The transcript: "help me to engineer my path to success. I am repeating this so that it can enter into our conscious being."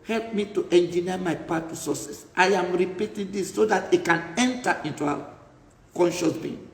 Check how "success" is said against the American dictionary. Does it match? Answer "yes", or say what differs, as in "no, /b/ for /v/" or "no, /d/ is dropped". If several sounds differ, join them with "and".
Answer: no, /k/ is dropped